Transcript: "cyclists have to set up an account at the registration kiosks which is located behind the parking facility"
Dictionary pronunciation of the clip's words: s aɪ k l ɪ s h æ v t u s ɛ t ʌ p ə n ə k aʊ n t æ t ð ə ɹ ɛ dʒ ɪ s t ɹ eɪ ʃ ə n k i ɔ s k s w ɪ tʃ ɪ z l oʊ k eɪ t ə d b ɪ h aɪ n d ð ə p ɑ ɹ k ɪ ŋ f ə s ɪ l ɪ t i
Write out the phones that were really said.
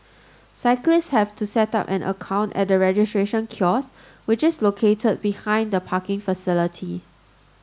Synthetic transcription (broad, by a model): s aɪ k l ɪ s h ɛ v t u s ɛ t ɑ p ə n ə k aʊ n t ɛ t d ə ɹ ɛ dʒ ɪ s t ɹ eɪ ʃ ə n k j ɔ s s w ɪ tʃ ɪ s l oʊ k eɪ t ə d b ɪ h aɪ n d ə p ɑ k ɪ ŋ f ə s ɪ l ɪ t i